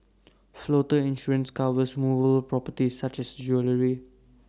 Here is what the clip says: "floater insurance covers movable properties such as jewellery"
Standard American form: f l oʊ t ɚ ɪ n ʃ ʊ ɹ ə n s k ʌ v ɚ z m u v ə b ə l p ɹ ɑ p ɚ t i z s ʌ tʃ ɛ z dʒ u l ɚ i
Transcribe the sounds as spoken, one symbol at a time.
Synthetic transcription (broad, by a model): f l oʊ t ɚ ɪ n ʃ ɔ ɹ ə n s k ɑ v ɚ s m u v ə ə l p ɹ ɑ p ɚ t i s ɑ tʃ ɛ s dʒ u l ɚ i